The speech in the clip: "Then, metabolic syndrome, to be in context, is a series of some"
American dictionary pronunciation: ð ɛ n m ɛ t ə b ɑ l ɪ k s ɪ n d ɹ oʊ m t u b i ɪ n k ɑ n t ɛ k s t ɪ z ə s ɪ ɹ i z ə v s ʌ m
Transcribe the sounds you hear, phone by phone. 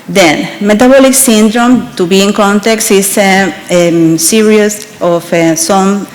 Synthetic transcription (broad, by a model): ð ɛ n m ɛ t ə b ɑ l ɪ k s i n d ɹ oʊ m t u b i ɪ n k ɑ n t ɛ k s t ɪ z ə s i ɹ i s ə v s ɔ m